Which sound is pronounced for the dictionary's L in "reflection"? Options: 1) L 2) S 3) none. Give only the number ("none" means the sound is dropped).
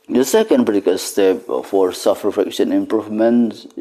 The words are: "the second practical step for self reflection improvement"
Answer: 3